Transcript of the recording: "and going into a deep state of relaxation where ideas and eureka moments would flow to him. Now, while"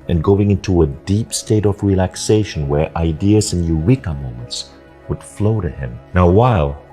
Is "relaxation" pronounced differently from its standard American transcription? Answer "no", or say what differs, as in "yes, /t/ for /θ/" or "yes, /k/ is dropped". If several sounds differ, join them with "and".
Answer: no